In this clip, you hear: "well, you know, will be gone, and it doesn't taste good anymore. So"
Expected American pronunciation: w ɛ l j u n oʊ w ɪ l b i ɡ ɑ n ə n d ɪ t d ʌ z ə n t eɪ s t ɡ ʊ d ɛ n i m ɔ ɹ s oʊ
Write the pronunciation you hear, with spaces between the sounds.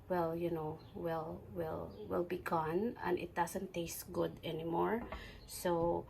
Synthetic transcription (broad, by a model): w ɛ l j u n oʊ w ɪ l b i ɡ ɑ n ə n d ɪ t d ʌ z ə n t eɪ s t ɡ ʊ d ɛ n i m ɔ ɹ s oʊ